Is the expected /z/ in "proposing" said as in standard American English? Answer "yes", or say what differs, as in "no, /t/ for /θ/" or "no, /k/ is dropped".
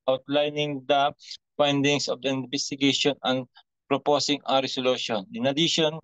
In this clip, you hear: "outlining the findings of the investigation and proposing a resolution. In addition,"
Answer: no, /s/ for /z/